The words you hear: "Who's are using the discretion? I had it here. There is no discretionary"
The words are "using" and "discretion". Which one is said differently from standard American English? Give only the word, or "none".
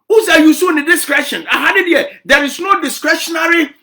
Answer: using